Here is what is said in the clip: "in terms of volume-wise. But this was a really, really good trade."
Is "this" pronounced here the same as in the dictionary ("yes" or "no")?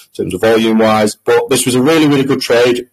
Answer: yes